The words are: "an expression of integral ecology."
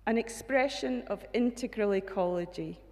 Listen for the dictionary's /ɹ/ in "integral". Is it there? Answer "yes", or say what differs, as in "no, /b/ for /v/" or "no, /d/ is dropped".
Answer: yes